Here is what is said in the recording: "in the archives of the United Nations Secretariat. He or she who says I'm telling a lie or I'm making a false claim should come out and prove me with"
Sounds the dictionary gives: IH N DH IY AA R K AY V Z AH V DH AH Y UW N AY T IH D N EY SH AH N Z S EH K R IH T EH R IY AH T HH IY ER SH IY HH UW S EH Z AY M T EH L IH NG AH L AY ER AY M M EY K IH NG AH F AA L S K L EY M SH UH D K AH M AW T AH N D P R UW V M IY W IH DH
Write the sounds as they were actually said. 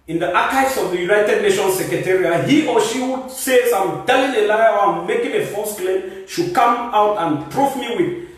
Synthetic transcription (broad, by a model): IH N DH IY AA K AY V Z AH V DH AH Y UW N AY T IH D N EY SH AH N S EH K R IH T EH R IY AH HH IY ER SH IY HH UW S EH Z AY M T EH L IH NG AH L AY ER AY M M EY K IH NG AH F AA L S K L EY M SH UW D K AH M AW T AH N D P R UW F M IY W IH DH